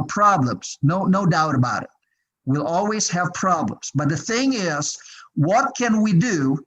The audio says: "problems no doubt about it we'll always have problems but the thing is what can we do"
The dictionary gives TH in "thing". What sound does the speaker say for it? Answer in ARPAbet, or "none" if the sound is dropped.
TH